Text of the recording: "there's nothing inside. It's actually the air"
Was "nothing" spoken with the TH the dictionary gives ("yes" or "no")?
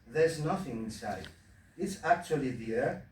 yes